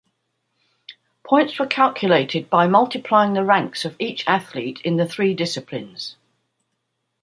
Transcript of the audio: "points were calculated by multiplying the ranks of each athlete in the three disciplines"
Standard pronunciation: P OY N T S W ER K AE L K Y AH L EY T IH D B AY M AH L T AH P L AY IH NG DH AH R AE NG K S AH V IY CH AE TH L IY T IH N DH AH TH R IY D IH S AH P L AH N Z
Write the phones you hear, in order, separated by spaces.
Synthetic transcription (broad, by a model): P OY N T S W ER K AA L K Y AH L EY T IH D B AY M AH L T AH P L AY IH NG DH AH R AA NG K S AH V IY CH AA TH L IY T IH N DH AH TH R IY D IH S AH P L AH N Z